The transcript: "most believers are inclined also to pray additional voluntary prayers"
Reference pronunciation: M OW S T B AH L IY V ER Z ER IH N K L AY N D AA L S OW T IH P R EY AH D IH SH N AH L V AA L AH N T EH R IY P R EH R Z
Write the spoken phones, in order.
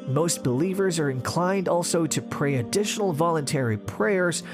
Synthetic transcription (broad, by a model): M OW S T B AH L IY V ER Z ER IH N K L AY N D AA L S OW T IH P R EY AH D IH SH N L V AA L AH N T EH R IY P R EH R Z